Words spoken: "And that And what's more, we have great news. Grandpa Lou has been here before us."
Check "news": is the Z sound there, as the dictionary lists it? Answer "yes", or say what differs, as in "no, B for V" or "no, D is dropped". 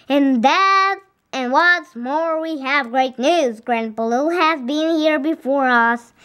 yes